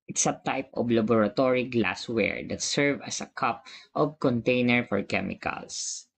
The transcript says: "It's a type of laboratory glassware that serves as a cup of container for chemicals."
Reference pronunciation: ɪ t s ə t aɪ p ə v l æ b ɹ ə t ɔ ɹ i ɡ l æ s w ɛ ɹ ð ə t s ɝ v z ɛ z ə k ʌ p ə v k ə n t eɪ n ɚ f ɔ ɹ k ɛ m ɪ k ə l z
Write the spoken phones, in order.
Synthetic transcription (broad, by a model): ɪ t s ə t aɪ p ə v l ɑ b ɹ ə t ɔ ɹ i ɡ l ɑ s w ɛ ɹ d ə t s ɝ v ʌ s ə k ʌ p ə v k ə n t eɪ n ɚ f ɔ ɹ k ɛ m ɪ k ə l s